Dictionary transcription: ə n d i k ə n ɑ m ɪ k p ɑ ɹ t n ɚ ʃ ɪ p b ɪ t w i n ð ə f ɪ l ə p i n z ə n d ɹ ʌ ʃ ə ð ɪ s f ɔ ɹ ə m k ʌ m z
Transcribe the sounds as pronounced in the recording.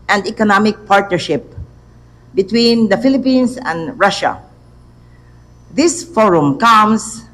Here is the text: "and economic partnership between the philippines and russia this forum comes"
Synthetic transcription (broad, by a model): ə n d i k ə n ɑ m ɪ k p ɑ ɹ t n ɚ ʃ ɪ p b ɪ t w i n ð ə f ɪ l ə p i n s ə n d ɹ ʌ ʃ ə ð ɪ s f ɔ ɹ ə m k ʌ m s